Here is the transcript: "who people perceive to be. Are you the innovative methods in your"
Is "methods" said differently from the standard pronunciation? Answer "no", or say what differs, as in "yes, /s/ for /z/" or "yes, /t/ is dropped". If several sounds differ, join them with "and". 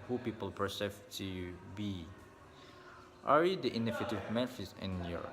yes, /f/ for /θ/